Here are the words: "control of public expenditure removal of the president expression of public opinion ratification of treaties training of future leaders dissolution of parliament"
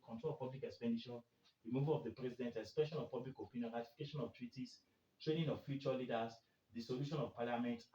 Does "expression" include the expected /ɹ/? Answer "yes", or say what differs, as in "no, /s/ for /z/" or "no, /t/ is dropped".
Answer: no, /ɹ/ is dropped